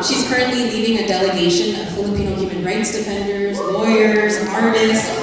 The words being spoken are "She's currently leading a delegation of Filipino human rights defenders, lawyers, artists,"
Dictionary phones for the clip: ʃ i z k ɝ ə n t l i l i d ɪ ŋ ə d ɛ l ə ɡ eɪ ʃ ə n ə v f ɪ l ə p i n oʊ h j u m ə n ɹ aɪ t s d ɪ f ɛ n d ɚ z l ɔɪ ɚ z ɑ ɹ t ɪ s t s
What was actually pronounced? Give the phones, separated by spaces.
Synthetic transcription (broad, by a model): ʃ i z k ɝ ə n t l i l i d ɪ ŋ ə d ɛ l ə ɡ eɪ ʃ ə n ə v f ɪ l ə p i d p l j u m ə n ɹ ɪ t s d ɪ f ɛ n d ɚ z l ɔɪ ɚ z ɑ ɹ t ɪ s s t